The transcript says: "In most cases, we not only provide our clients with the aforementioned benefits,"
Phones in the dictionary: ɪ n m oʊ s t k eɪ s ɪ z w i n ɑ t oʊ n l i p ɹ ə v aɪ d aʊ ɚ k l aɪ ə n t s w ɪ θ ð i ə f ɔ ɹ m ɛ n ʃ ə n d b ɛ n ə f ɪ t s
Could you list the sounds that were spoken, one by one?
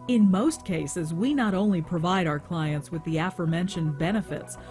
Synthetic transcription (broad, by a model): ɪ n m oʊ s t k eɪ s ɪ z w i n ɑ t oʊ n l i p ɹ ə v aɪ d aʊ ɚ k l aɪ ə n t s w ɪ ð i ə f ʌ ɹ m ɛ n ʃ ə n b ɛ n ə f ɪ t s